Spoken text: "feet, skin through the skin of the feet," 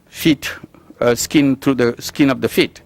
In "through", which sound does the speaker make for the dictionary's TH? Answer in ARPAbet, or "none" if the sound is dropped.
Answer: T